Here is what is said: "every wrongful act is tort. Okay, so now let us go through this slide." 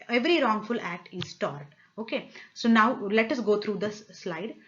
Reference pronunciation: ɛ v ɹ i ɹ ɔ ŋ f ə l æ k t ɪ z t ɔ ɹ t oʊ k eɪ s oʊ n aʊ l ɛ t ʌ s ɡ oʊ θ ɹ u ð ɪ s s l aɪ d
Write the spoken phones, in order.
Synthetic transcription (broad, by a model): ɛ v ɹ i ɹ ɔ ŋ f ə l æ k t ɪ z t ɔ ɹ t oʊ k eɪ s oʊ n aʊ l ɛ t ʌ s ɡ oʊ t ɹ u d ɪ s s l aɪ d